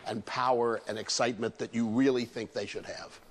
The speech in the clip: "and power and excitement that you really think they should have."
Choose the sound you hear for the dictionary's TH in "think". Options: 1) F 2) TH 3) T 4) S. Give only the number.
2